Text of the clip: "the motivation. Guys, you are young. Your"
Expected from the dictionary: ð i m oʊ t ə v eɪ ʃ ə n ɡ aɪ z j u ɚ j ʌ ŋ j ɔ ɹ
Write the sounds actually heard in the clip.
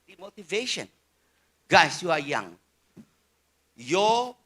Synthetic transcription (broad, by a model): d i m oʊ t ə v eɪ ʃ ə n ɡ aɪ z j u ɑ j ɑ ŋ j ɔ